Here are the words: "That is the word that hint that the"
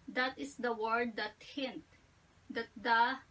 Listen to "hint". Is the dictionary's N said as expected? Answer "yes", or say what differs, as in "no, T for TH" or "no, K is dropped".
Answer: yes